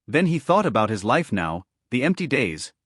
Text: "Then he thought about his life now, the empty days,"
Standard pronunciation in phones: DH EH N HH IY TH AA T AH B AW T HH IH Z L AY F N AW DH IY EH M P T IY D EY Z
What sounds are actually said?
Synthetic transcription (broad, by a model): DH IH N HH IY TH AA T AH B AW T HH IH Z L AY F N AW DH IY EH M P T IY D EY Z